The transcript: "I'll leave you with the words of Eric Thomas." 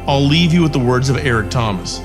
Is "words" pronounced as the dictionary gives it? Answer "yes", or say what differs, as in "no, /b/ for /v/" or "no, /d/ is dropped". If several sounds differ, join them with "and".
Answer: yes